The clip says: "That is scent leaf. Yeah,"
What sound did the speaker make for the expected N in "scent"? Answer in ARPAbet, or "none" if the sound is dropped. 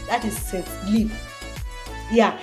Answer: none